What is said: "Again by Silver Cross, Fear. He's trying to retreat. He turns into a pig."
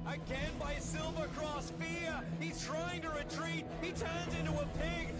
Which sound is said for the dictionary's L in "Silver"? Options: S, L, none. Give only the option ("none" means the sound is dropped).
L